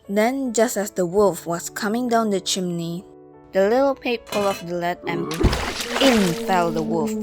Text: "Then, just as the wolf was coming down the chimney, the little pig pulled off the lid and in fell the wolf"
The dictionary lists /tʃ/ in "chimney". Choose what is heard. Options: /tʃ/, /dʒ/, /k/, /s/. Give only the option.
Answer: /tʃ/